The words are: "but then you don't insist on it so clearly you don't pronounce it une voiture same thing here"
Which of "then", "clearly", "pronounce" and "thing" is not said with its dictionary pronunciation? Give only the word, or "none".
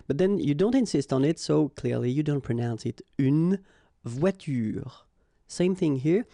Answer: none